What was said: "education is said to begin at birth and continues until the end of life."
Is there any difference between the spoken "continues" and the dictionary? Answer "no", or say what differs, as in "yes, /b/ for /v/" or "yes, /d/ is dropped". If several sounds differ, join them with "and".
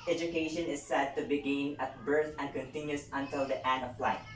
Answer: yes, /s/ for /z/